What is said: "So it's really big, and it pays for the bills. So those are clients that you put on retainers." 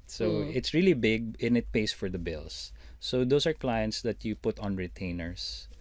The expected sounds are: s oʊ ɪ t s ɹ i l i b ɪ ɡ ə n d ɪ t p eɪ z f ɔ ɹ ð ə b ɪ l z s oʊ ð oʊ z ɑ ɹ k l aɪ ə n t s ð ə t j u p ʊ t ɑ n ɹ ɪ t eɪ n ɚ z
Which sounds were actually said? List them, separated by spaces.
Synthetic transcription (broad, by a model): s oʊ ɪ t s ɹ i l i b ɪ ɡ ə n ɪ t p eɪ s f ɔ ɹ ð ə b ɪ l s oʊ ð oʊ s ɑ ɹ k l aɪ ə n t s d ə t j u p ʊ t ɑ n ɹ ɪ t eɪ n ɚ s